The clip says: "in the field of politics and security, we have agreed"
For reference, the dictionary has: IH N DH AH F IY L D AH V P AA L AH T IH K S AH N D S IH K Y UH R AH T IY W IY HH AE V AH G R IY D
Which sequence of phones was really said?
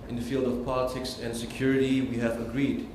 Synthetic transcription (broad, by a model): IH N DH AH F IY L D AH V P AA L AH T IH K S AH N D S IH K Y UH R AH T IY W IY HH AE V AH G R IY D